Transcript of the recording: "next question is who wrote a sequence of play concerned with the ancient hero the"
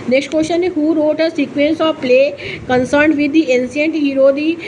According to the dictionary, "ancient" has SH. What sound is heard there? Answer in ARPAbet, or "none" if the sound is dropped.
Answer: S